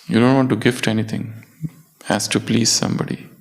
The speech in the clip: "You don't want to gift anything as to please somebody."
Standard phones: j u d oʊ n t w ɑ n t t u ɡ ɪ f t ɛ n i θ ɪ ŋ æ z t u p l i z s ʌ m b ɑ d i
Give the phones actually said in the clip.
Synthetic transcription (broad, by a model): j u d oʊ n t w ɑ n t t u ɡ ɪ f t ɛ n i t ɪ ŋ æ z t u p l i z s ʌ m b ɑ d i